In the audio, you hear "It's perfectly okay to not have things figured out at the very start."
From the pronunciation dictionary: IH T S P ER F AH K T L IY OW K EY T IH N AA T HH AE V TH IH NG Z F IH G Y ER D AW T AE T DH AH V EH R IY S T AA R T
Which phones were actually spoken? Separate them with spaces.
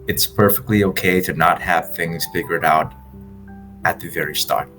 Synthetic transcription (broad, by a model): IH T S P ER F AH K T L IY OW K EY T IH N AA T HH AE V TH IH NG Z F IH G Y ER D AW T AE T DH AH V EH R IY S T AA R T